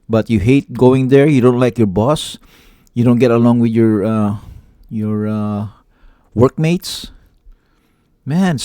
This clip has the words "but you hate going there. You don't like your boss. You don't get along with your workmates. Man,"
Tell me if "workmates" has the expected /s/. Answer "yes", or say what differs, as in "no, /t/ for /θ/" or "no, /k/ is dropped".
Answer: yes